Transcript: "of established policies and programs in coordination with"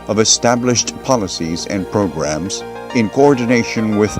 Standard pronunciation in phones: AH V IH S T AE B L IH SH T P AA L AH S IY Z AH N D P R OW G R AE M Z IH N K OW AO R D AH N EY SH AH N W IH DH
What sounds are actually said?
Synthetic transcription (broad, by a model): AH V IH S T AE B L IH SH T P AA L AH S IY Z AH N P R OW G R AE M Z IH N K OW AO R D N EY SH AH N W IH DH